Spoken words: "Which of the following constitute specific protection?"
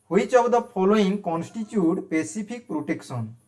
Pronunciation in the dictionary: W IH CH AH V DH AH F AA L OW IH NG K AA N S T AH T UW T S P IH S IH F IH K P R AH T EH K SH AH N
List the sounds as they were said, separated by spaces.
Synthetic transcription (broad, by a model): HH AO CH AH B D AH P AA L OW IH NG K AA N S T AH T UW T P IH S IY P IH K P R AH T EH K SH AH N